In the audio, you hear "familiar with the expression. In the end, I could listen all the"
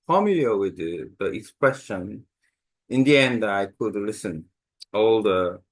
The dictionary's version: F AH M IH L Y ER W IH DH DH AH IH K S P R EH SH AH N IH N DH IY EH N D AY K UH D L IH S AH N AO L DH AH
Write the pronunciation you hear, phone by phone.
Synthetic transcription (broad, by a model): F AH M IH L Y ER W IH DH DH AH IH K S P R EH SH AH N IH N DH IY EH N D AY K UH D L IH S AH N AO L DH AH